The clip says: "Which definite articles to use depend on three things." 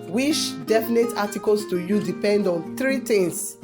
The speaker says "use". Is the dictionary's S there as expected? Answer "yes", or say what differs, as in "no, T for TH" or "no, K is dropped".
no, S is dropped